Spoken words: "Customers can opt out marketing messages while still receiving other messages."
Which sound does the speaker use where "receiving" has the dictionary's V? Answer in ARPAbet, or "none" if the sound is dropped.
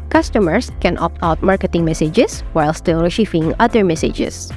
F